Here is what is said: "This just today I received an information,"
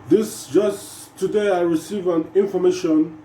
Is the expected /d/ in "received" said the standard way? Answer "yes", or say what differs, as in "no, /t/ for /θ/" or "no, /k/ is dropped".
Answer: no, /d/ is dropped